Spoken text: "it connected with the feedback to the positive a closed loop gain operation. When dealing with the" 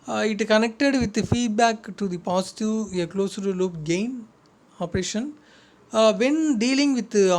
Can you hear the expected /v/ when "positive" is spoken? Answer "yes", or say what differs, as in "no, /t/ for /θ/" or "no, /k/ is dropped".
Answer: no, /v/ is dropped